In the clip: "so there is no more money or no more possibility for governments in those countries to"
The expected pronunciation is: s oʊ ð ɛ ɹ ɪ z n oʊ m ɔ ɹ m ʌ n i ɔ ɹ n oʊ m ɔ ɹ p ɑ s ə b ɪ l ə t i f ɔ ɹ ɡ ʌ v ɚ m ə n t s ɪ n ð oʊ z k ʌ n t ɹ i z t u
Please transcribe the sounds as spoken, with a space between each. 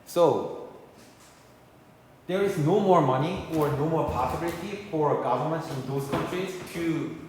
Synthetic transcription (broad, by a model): s oʊ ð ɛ ɹ ɪ z n oʊ m ɔ ɹ m ʌ n i ɔ ɹ n oʊ m ɔ ɹ p ɑ s ə b ɪ l ə t i f ɔ ɹ ɡ ʌ v ɚ m ə n t s ɪ n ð oʊ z k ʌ n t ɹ i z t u